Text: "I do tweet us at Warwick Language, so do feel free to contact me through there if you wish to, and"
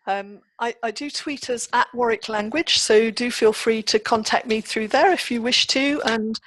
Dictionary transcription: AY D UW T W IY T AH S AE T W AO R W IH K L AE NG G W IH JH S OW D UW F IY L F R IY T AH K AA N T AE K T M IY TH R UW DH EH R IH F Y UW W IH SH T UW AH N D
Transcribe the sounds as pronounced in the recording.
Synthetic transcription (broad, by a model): AY D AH T W IY T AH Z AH T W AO R IH K L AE NG G W IH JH S OW D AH F IY L F R IY T AH K AA N T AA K T M IY TH R UW DH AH R IH F Y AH W IH SH T UW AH N